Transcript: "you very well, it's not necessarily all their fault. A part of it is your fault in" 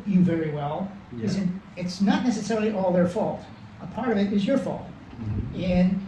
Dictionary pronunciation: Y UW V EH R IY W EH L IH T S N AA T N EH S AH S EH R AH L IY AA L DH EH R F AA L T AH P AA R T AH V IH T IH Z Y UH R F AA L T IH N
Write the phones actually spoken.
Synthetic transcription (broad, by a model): Y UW V EH R IY W EH L IH T S N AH T N EH S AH S EH R L IY AA L DH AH R F AA L T AH P AA R T AH V IH T IH Z Y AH R F AA L T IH N